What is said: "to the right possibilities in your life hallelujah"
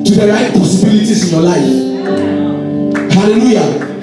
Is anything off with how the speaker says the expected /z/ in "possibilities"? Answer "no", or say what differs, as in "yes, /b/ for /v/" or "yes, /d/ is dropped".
yes, /s/ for /z/